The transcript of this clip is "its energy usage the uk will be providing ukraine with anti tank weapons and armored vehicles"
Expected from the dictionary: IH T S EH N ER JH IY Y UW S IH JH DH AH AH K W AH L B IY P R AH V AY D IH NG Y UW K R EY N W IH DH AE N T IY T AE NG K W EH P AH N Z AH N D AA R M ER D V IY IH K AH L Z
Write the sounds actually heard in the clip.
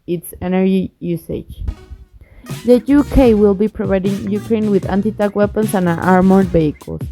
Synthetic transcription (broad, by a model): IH T S EH N ER JH IY Y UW S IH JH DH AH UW K W AH L B IY P R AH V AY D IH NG Y UW K R EY N W IH DH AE N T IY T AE K W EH P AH N S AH N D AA R M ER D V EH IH K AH L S